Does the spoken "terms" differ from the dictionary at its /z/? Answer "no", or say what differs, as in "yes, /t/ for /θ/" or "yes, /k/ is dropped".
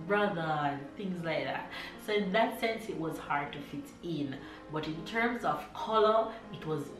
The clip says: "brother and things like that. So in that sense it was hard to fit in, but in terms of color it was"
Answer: no